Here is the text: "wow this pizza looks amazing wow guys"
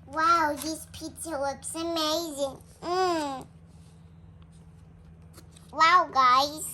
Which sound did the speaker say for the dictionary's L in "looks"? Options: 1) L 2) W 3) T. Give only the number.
2